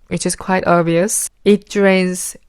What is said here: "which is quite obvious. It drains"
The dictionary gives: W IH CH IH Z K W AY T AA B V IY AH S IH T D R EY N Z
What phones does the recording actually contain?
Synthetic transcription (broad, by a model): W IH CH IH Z K W AY T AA V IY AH S IH T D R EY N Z